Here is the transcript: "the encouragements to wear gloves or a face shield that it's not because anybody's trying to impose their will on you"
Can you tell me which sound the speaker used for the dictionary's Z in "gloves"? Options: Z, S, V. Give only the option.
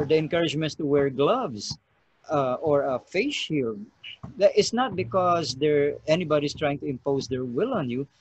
S